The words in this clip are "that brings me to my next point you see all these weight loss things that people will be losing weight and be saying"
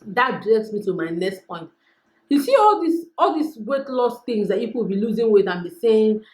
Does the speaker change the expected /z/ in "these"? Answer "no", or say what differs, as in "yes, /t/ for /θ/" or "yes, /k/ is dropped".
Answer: yes, /s/ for /z/